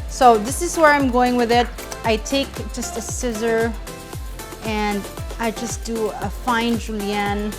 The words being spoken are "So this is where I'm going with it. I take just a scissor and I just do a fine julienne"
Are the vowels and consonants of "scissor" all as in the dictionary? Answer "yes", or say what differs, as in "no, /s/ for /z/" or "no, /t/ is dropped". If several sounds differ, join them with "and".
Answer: yes